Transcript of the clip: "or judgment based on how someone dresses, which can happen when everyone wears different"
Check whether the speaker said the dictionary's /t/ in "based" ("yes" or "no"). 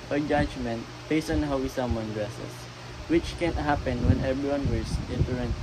no